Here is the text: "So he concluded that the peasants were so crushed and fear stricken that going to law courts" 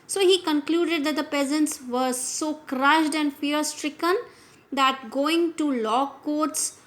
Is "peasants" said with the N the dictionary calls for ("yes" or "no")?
yes